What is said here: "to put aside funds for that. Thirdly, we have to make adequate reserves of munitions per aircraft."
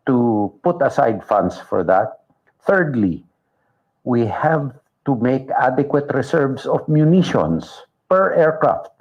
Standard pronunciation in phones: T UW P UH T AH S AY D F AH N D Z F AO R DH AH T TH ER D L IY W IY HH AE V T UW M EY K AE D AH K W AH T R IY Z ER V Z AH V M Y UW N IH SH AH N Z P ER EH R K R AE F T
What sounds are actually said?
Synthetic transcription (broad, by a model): T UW P UH T AH S AY D F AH N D S F AO R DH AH T TH ER D L IY W IY HH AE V T UW M EY K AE D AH K W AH T R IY S ER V S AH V M Y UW N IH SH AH N S P ER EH R K R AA F T